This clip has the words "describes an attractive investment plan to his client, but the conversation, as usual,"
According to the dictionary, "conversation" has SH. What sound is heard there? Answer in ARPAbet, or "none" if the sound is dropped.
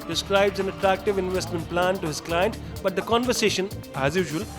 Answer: SH